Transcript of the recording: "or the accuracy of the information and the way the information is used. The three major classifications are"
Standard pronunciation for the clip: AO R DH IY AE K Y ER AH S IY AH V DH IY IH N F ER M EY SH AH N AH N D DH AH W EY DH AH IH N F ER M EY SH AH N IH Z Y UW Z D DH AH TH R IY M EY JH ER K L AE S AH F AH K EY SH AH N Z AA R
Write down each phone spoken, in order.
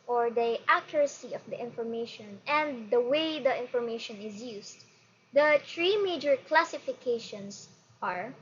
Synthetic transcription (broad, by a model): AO R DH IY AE K Y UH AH S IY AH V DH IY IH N F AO M EY SH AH N AH N D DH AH W EY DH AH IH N F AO M EY SH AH N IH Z Y UW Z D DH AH T R IY M EY JH ER K L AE S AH F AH K EY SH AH N S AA R